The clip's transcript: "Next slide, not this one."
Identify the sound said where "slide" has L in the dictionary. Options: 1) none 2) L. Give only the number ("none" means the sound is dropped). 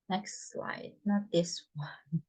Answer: 2